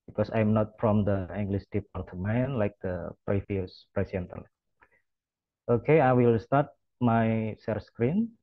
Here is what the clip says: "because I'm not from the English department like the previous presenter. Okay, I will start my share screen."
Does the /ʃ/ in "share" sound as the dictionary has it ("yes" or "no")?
no